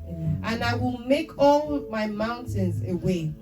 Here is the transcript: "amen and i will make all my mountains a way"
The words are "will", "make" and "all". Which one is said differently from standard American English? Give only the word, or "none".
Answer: none